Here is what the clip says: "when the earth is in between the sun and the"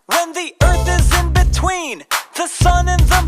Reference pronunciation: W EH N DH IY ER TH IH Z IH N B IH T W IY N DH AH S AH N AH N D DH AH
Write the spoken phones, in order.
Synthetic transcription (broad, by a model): W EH N DH IY ER TH IH Z IH N B IH T W IY N DH AH S AH N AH N DH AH